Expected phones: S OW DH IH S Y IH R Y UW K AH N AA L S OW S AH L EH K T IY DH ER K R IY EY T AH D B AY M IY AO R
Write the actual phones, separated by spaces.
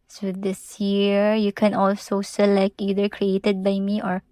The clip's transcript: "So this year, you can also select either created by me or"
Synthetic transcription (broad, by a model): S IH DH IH S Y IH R Y UW K AH N AA L S OW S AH L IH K IY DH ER K R IY EY T AH D B AY M IY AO R